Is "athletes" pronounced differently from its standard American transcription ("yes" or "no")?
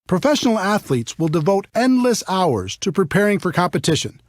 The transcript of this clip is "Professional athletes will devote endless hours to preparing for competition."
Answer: no